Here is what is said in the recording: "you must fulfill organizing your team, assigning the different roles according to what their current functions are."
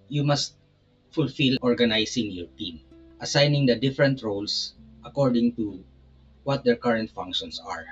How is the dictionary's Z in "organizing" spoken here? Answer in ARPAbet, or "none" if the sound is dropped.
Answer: S